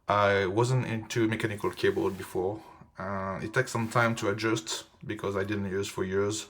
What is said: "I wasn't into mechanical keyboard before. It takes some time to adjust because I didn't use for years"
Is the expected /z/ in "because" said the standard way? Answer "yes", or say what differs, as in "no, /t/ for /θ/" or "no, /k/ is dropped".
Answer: yes